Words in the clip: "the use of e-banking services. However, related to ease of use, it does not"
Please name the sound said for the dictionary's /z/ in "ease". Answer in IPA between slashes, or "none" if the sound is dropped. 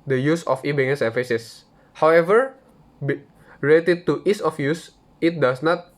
/s/